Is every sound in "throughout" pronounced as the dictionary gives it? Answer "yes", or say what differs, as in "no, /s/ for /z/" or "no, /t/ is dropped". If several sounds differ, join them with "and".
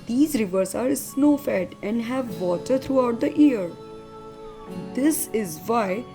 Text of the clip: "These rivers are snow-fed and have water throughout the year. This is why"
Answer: no, /t/ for /θ/